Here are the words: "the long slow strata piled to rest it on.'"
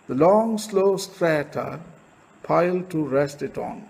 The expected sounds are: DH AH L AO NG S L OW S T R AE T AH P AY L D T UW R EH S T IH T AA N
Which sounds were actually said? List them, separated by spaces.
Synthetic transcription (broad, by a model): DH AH L AO NG S L OW S T R AE T AH P AY L D T UW R EH S T IH T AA N